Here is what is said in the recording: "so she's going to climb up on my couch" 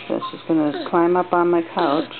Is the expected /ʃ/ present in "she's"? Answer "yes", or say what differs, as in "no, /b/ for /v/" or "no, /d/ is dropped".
no, /s/ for /ʃ/